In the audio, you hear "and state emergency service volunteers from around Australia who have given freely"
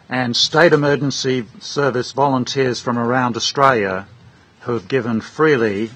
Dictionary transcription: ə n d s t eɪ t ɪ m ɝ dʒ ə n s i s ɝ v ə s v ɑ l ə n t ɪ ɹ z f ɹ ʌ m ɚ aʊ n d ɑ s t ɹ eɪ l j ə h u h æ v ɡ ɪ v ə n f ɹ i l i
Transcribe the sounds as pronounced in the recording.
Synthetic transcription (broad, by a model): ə n s t eɪ t ɪ m ɝ dʒ ə n s i s ɝ v ə s v ɑ l ə n t ɪ ɹ z f ɹ ʌ m ɚ aʊ n d ɑ s t ɹ eɪ l j ə h u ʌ v ɡ ɪ v ə n f ɹ i l i